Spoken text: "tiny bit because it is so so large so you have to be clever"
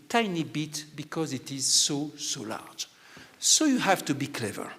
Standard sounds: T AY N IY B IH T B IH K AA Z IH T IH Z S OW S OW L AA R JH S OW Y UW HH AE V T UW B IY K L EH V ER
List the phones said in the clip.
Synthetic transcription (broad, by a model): T AY N IY B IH T B IH K AA Z IH T IH Z S OW S OW L AA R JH S OW Y UW HH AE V T UW B IY K L EH V ER